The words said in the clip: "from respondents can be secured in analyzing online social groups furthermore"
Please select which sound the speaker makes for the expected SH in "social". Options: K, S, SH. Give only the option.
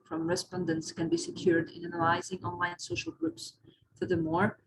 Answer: SH